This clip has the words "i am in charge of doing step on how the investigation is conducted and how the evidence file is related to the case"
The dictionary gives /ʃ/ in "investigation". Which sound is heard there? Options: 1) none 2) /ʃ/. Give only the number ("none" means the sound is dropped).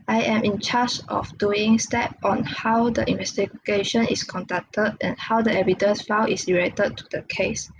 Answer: 2